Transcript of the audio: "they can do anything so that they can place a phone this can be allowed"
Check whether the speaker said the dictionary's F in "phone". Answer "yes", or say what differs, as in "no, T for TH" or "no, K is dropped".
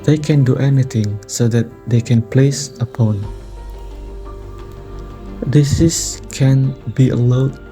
no, P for F